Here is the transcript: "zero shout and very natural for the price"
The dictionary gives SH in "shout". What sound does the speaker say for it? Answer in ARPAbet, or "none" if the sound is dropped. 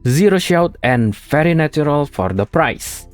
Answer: SH